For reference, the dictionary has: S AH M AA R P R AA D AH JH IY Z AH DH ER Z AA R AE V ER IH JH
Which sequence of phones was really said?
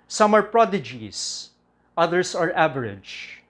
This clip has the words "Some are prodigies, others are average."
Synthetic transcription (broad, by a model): S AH M AA R P R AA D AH JH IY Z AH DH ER S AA R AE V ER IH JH